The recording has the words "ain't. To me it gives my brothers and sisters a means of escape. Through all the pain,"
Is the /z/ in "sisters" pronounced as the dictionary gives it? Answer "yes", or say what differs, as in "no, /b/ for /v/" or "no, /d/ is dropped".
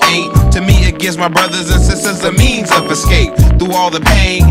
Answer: yes